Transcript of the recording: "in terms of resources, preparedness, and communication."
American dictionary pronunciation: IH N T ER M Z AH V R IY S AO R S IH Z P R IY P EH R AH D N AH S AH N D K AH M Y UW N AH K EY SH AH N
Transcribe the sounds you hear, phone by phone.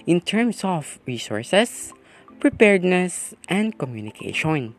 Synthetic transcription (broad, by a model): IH N T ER M S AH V R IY S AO R S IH S P R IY P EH R D N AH S AH N D K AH M Y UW N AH K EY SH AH N